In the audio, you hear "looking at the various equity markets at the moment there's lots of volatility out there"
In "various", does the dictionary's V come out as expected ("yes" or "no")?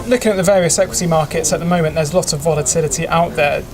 yes